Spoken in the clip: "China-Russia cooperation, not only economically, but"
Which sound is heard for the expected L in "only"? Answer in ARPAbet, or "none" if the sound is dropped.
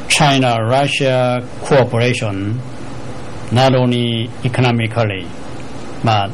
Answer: none